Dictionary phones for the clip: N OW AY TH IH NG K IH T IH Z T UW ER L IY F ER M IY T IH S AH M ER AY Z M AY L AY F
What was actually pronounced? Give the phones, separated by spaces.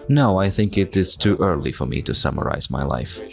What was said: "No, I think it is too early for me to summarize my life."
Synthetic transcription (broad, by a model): N OW AY TH IH NG K IH T IH Z T UW ER L IY F ER M IY T IH S AH M ER AY Z M AY L AY F